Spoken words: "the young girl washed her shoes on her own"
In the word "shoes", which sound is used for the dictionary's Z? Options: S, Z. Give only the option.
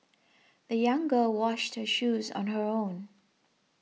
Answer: Z